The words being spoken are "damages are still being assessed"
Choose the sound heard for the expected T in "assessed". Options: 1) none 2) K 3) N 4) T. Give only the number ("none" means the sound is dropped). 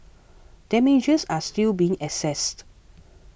4